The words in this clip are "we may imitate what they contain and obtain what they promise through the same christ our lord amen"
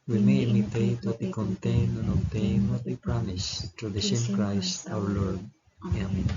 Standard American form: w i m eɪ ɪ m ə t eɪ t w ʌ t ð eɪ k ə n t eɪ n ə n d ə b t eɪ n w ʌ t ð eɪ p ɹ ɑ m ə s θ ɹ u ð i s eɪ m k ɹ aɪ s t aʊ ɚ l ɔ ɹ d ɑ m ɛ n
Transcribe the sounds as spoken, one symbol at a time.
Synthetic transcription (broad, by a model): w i m eɪ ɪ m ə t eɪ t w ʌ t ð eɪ k ə n t eɪ n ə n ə t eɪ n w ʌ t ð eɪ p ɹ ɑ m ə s t ɹ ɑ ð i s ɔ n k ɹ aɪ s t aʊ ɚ l ɔ ɹ d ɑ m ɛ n